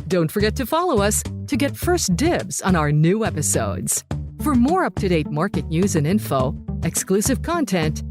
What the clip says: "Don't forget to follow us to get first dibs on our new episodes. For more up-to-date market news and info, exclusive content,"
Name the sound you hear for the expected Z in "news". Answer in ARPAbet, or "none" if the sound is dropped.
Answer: Z